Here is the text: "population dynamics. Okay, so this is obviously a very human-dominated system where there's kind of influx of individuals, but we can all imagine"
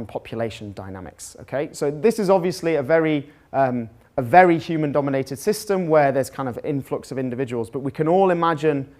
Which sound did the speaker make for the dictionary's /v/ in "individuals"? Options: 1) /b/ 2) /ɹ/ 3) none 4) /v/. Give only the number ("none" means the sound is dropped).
4